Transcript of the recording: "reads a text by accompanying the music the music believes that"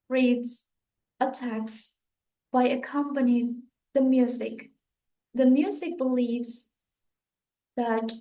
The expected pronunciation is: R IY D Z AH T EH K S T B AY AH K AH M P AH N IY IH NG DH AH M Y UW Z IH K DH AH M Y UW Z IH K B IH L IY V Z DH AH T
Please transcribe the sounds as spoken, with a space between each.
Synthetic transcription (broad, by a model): R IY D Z AH T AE K S B AY AH K AH M P AH N IY IH NG DH AH M Y UW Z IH K DH AH M Y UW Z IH K B IH L IY V Z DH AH T